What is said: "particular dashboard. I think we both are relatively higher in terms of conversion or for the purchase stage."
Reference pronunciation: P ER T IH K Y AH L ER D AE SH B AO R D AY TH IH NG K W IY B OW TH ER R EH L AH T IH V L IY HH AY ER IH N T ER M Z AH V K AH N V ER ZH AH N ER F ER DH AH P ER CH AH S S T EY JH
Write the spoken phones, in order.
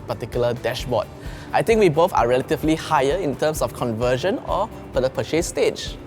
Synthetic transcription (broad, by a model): P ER T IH K Y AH L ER D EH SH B AO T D AY T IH NG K W IY B OW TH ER R EH L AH T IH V L IY HH AY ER IH N T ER M S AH F K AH N V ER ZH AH N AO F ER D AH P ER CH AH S S T EY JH